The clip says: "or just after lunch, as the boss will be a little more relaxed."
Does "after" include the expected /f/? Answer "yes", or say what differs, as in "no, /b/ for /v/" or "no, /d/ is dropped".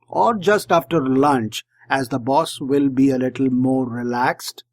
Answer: yes